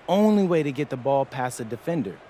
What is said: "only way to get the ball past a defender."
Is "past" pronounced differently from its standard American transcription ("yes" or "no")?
yes